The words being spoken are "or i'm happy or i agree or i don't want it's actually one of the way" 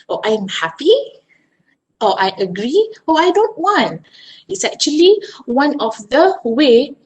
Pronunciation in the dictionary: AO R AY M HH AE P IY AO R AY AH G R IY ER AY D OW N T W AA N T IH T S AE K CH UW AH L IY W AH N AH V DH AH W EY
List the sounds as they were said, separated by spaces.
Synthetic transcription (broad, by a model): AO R AY M HH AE P IY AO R AY AH G R IY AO AY D OW N T W AA N T IH T S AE K CH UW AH L IY W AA N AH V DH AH W EY